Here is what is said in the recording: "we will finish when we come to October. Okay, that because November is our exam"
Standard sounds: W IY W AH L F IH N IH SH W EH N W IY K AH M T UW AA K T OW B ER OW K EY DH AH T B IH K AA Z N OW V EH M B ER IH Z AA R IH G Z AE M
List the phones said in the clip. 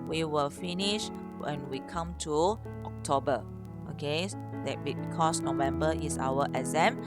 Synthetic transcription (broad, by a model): W IY W AH L F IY N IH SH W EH N W IY K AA M T UW AA K T OW B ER OW K EY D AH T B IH K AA S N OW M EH M B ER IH S AA W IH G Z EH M